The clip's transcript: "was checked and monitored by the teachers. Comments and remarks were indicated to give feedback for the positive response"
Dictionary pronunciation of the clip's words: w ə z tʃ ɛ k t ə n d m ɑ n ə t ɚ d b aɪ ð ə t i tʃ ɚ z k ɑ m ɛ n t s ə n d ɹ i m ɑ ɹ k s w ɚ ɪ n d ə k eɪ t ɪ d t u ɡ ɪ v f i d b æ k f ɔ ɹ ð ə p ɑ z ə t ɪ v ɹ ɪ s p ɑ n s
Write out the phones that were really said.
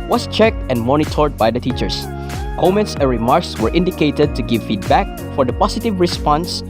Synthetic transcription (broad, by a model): w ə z tʃ ɛ k t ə n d m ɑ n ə t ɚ d b aɪ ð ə t i tʃ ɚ s k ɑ m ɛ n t s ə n ɹ i m ɑ ɹ k s w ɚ ɪ n d ə k eɪ t ɪ d t u ɡ ɪ v f i d b æ k f ɔ ɹ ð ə p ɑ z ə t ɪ v ɹ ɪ s p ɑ n s